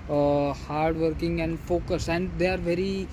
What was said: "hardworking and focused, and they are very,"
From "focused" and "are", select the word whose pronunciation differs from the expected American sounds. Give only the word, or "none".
focused